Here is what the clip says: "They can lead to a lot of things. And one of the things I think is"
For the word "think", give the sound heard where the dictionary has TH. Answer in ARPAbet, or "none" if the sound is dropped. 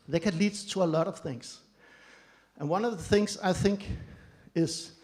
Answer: TH